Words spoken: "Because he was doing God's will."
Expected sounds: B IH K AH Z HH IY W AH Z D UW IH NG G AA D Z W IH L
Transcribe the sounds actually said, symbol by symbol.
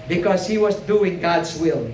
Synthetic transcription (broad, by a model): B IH K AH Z HH IY W AH Z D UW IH NG G AA D Z W IH L